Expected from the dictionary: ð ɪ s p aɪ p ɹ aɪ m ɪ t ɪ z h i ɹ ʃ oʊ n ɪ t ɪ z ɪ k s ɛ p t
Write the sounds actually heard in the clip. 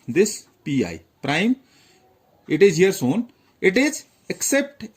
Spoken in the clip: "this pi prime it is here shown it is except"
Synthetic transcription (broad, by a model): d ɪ s p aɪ p ɹ aɪ m ɪ t ɪ z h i ɹ s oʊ n ɪ t ɪ z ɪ k s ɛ p t